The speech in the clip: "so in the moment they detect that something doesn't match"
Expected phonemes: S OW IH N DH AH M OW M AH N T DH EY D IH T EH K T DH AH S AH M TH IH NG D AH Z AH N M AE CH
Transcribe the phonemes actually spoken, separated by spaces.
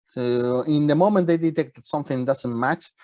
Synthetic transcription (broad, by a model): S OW IH N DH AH M OW M AH N T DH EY D IH T EH K T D S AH M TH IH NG D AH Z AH N M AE CH